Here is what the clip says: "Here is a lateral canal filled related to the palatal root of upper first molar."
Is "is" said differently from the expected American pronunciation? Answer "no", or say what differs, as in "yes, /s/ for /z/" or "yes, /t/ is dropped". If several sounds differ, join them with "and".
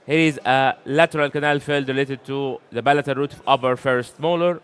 no